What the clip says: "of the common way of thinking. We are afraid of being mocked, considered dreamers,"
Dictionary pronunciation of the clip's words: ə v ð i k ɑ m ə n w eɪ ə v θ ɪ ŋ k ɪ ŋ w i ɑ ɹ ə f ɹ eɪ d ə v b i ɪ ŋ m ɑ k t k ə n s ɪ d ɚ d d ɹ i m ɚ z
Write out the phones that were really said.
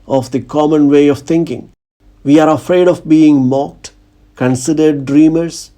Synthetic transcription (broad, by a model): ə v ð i k ɑ m ə n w eɪ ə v t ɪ ŋ k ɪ ŋ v i ɑ ɹ ə f ɹ eɪ d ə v b i ɪ ŋ m ɑ k t k ə n s ɪ d ɚ d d ɹ i m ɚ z